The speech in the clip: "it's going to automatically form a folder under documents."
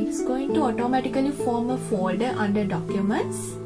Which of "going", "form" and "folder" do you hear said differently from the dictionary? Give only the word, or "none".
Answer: folder